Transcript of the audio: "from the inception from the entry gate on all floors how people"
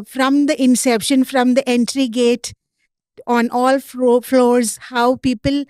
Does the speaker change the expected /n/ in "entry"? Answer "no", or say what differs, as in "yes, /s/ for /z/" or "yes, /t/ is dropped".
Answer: no